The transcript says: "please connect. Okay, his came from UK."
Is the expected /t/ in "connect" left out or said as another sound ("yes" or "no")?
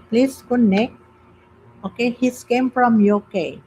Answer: yes